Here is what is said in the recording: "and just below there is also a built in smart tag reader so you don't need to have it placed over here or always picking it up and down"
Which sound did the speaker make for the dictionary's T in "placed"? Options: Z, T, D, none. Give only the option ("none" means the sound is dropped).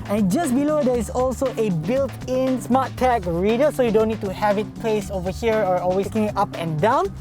none